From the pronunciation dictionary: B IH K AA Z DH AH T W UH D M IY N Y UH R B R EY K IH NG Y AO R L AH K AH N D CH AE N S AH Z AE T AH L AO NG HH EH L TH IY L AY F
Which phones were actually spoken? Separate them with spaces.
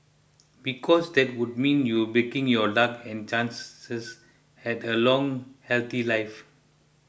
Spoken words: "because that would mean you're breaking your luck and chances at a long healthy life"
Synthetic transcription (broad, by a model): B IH K AA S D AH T W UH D M IY N Y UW B EY K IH NG Y AO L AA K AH N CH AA N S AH S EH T AH L AO NG HH EH L T IY L AY F